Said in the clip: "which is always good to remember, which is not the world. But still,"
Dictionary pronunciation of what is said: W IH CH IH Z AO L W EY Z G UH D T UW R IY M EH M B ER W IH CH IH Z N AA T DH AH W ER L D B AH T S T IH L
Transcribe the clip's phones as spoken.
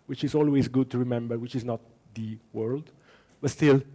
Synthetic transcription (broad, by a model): W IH CH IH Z AO L W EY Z G UH D T UW R IY M EH M B ER W IH CH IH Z N AA T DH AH W ER L D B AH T S T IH L